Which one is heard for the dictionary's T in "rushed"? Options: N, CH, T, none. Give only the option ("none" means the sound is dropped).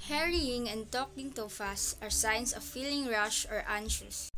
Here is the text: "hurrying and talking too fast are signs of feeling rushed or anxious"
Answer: none